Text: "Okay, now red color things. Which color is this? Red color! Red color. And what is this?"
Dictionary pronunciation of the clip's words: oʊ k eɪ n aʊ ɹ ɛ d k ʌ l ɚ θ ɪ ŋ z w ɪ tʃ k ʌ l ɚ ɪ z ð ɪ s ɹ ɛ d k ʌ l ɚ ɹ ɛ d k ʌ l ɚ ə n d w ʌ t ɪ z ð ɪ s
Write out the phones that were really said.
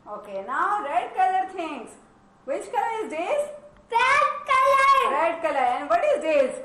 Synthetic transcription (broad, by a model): oʊ k eɪ n aʊ ɹ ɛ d k ʌ l ɚ t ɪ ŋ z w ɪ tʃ k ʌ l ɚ ɪ z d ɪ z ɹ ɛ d k ʌ l ɚ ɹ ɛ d k ʌ l ɚ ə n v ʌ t ɪ z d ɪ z